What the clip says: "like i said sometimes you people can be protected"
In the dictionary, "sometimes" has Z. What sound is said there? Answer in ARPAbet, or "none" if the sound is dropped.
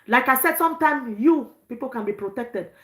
none